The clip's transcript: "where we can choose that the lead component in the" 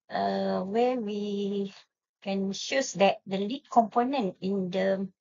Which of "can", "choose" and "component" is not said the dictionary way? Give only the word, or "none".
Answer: choose